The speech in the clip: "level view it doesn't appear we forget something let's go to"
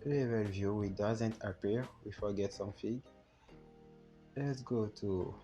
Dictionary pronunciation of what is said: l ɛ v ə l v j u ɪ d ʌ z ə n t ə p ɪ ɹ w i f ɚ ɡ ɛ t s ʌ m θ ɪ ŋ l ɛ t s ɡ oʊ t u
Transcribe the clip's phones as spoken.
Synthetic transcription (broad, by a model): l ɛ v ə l v j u ɪ d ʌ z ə n t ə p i ɹ w i f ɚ ɡ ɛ t s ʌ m f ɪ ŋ l ɛ t s ɡ oʊ t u